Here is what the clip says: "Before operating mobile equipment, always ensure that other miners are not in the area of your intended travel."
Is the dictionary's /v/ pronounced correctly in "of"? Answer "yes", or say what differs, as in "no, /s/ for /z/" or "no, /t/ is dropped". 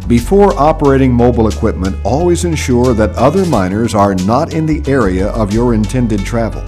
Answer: yes